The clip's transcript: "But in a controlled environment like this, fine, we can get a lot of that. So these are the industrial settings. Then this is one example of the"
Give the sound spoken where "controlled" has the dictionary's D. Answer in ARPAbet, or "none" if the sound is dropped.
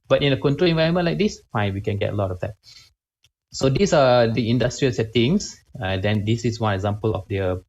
none